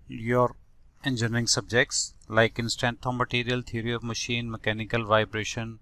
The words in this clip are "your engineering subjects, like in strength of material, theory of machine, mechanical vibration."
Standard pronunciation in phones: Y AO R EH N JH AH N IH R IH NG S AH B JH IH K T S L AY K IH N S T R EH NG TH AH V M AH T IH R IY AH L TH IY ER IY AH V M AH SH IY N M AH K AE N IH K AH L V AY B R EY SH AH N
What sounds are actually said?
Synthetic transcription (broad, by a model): Y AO R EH N JH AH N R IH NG S AH B JH IH K T S L AY K IH N S T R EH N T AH M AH T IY R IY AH L T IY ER IY AH V M AH SH IY N M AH K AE N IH K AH L V AY B R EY SH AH N